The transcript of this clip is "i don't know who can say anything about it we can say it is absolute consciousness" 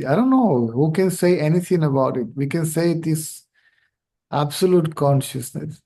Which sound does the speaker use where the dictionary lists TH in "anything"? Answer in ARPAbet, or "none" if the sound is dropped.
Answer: T